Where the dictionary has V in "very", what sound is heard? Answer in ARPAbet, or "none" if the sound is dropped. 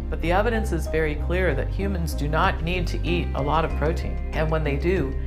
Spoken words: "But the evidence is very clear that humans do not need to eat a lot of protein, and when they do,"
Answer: V